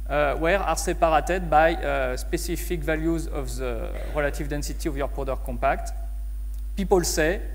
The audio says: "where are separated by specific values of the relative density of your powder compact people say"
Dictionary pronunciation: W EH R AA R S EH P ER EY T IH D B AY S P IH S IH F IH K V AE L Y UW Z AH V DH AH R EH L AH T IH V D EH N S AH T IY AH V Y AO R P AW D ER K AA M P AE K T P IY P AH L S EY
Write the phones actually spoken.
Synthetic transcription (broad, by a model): W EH R AA R S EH P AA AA T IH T B AY S P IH S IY F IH K V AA L Y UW Z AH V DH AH R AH L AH T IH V D EH N S AH T IY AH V Y AO R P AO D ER K AA P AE K T P IY P AH L S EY